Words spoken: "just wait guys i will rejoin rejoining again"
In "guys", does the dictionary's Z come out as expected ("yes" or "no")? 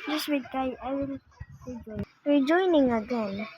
no